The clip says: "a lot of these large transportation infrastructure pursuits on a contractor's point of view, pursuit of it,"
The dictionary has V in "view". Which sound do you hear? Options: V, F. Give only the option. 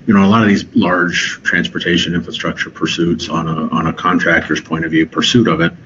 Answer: V